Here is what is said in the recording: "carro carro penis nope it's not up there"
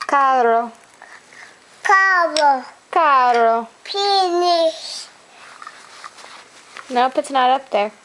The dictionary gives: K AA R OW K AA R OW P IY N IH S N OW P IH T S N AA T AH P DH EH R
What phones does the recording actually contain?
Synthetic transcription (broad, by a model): K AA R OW K AA R OW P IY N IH SH N OW P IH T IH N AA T AH P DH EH R